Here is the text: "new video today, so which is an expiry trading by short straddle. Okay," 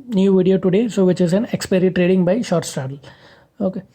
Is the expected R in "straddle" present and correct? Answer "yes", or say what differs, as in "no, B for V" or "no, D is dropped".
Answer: no, R is dropped